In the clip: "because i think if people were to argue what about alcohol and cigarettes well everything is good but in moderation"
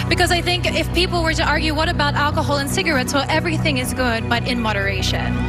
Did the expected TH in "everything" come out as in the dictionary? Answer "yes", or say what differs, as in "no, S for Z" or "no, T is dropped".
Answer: yes